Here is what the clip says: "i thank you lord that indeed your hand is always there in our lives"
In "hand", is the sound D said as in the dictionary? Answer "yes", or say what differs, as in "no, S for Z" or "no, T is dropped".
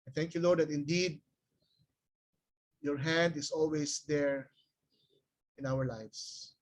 yes